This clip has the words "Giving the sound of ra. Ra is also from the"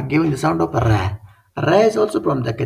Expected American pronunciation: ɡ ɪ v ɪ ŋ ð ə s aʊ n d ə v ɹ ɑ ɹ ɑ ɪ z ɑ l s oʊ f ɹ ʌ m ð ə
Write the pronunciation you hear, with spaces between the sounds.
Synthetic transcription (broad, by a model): ɡ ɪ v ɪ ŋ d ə s aʊ n d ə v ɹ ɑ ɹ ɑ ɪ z ɑ l s oʊ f ɹ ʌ m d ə